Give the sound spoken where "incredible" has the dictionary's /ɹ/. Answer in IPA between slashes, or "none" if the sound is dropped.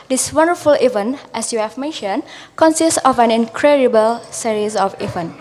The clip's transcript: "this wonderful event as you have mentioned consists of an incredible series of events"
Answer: /ɹ/